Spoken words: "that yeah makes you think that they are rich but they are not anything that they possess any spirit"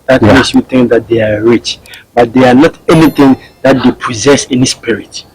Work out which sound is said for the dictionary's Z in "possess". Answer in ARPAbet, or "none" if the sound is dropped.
Z